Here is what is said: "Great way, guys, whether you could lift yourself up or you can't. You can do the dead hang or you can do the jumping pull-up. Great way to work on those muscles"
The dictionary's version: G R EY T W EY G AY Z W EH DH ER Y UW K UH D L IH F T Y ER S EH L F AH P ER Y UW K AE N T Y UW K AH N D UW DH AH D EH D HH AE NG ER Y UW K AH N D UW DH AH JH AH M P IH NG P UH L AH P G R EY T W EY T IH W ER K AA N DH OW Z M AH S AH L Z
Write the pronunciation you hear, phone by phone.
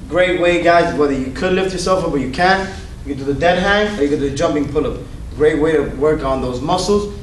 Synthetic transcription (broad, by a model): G R EY T W EY G AY Z W EH DH ER Y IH K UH D L IH F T Y ER S EH L F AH B ER Y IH K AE N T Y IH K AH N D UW DH AH D EH D HH AE NG ER Y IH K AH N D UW DH AH JH AH M P IH NG P UH L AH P G R EY T W EY T IH W ER K N DH OW Z M AH S L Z